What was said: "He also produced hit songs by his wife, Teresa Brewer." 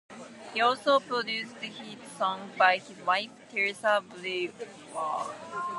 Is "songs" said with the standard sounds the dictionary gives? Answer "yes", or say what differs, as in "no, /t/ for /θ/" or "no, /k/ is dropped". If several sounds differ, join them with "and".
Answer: no, /z/ is dropped